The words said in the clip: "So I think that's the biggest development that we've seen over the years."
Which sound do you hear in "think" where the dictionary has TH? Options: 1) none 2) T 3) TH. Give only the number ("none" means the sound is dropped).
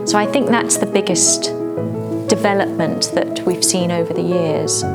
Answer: 3